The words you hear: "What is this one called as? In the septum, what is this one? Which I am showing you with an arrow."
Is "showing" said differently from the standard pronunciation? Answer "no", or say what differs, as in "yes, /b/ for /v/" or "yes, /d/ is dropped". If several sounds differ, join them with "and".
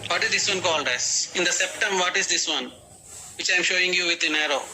no